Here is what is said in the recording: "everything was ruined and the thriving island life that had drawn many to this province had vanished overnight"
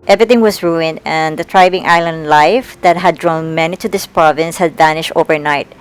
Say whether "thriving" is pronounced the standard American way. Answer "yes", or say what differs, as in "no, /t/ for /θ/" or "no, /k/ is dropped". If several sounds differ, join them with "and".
no, /t/ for /θ/